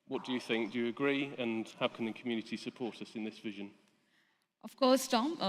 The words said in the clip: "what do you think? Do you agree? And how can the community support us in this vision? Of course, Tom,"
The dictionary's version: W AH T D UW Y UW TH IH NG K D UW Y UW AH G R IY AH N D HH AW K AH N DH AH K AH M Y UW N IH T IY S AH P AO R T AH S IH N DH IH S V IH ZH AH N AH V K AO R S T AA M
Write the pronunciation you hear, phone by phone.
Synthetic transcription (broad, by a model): W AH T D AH Y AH TH IH NG K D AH Y AH G R IY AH N HH AW K AH N DH AH K AH M Y UW N IH T IY S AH P AO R T AH S IH N DH IH S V IH ZH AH N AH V K AO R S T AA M